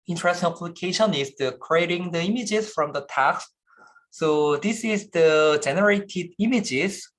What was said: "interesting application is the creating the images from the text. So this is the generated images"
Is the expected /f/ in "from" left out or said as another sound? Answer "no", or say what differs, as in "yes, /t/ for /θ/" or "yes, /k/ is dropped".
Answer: no